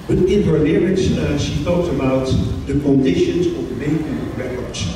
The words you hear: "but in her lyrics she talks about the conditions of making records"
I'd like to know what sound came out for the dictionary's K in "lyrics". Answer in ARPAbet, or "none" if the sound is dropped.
none